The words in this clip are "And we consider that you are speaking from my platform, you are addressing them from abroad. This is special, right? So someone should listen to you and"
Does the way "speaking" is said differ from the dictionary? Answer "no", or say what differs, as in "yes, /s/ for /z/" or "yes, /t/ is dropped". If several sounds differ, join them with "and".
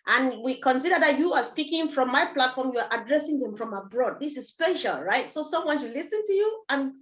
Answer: no